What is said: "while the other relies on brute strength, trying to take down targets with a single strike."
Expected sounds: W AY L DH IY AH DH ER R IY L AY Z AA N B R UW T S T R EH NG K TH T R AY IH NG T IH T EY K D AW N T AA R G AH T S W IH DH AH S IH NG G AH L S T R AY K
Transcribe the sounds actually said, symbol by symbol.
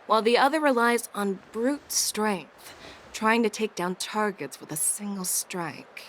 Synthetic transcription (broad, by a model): W AY L DH IY AH DH ER R IY L AY Z N B R UW T S T R EH NG K TH T R AY IH NG T IH T EY K D AW N T AA R G AH T S W IH DH AH S IH NG G L S T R AY K